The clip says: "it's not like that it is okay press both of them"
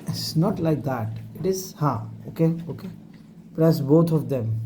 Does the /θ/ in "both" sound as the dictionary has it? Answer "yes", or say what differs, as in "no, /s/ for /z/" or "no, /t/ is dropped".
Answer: no, /t/ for /θ/